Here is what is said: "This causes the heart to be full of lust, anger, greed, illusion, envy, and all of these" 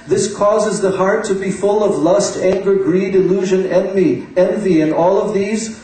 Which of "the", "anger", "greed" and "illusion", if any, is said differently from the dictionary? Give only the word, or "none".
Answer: none